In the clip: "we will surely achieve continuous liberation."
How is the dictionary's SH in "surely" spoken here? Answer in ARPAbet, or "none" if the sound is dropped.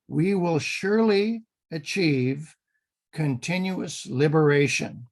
SH